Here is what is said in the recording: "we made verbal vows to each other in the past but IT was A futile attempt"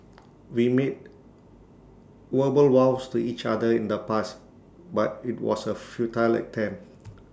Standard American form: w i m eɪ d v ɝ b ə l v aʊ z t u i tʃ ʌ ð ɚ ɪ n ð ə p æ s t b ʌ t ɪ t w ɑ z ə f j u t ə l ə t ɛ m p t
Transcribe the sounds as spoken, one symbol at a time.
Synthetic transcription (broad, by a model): w i m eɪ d w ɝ b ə l w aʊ s t u i tʃ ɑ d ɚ ɪ n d ə p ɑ s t b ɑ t ɪ t w ɑ s ə f j u t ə l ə t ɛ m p